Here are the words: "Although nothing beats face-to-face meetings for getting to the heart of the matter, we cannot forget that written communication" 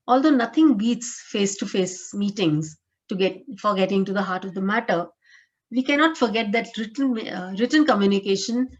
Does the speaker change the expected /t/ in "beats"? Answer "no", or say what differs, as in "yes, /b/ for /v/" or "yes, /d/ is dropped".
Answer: no